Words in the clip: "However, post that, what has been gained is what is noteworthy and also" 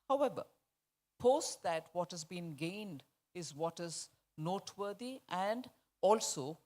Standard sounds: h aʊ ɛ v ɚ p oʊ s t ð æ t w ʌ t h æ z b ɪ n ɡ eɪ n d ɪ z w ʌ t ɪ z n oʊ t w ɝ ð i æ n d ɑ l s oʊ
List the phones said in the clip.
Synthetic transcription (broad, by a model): h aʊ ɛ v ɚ p oʊ s t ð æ t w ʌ t h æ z b ɪ n ɡ eɪ n d ɪ z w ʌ t ɪ z n oʊ t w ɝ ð i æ n d ɑ l s oʊ